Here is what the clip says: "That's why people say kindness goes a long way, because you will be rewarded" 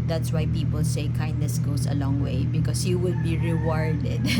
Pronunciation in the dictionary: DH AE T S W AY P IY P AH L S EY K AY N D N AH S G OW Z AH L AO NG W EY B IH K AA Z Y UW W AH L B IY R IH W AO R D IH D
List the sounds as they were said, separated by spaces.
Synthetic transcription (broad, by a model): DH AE T S W AY P IY P AH L S EY K AY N D N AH S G OW S AH L AO NG W EY B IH K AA S Y UW W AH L B IY R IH W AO R D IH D